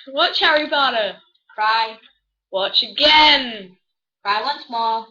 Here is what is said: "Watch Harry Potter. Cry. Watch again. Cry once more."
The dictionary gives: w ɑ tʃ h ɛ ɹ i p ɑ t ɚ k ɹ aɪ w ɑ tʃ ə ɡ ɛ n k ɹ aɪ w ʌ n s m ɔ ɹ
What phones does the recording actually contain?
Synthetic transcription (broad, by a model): w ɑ tʃ h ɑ ɹ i b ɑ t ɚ k ɹ aɪ w ɑ tʃ ə ɡ ɛ n k ɹ aɪ w ʌ n s m ɔ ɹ